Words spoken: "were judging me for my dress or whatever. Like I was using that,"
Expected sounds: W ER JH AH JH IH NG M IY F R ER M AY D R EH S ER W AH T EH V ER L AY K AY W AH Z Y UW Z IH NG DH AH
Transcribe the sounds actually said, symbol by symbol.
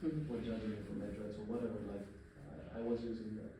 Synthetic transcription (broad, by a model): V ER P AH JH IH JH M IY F R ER M AY D R EH S ER W AH T EH V ER L AY K AY W AH Z Y UW Z IH NG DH